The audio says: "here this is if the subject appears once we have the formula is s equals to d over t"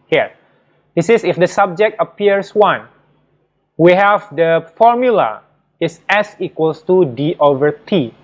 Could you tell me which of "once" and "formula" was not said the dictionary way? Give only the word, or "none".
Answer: once